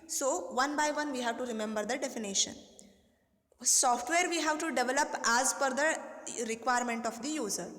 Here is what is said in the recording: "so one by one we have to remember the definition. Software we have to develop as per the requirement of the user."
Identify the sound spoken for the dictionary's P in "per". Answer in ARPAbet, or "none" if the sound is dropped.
F